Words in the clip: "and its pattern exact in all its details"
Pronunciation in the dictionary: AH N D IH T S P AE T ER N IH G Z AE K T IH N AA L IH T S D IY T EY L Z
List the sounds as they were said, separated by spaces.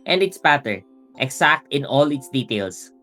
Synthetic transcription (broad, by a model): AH N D IH T S B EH T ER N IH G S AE K T IH N AA L IH T S D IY T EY L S